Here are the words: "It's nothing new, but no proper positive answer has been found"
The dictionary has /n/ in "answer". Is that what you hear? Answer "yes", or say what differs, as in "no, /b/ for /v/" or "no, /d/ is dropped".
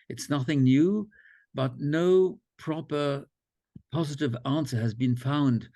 yes